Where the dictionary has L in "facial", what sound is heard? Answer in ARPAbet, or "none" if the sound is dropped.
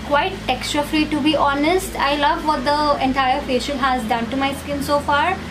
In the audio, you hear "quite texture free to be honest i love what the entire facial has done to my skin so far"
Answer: N